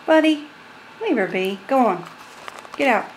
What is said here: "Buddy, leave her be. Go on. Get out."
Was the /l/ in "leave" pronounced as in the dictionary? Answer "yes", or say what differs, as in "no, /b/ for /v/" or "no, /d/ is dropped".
no, /n/ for /l/